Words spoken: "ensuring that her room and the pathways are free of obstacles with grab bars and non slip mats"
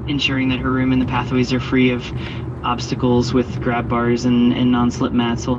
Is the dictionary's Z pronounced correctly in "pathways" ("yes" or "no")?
yes